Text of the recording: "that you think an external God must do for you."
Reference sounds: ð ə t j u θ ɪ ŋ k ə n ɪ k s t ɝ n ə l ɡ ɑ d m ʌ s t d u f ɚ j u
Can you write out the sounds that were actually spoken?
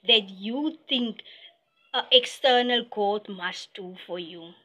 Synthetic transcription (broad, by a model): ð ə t j u t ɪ ŋ k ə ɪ k s t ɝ n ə l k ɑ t m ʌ s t d u f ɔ j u